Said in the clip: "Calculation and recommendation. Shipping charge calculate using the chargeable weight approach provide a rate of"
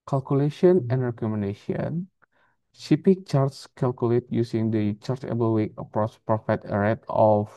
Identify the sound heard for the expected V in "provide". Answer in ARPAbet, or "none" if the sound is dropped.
F